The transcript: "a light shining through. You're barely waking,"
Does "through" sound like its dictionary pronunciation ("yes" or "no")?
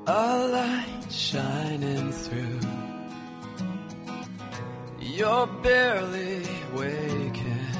yes